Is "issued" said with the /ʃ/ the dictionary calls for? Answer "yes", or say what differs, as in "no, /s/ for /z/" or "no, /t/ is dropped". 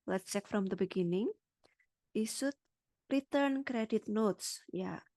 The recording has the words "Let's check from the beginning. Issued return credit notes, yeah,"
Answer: no, /s/ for /ʃ/